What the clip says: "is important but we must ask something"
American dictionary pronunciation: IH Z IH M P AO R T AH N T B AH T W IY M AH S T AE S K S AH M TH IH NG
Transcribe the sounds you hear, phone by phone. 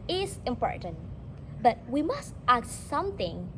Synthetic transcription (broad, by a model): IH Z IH M P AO R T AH N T B AH T W IY M AH S T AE K S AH M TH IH NG